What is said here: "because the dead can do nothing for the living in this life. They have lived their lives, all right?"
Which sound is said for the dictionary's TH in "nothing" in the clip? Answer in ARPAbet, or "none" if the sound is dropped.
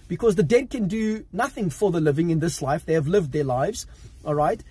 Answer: TH